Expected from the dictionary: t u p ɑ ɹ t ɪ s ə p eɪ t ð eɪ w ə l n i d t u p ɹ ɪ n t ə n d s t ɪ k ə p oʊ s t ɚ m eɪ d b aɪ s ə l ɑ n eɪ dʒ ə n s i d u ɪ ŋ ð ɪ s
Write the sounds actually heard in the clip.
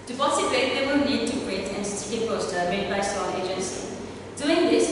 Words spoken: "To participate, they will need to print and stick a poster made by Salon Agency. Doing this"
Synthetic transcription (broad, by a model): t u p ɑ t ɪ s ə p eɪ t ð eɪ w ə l n i d t u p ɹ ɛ t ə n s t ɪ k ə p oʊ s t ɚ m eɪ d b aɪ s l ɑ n eɪ dʒ ə n s i d u ɪ ŋ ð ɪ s